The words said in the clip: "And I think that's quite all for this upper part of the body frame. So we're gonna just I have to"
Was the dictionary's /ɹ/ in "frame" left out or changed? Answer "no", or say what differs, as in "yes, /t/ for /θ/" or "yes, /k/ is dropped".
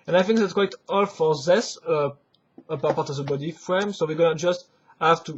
no